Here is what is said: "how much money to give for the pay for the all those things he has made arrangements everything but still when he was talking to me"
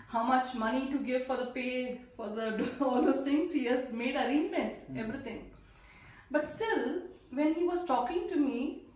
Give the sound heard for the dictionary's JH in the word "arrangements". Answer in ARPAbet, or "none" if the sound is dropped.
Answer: none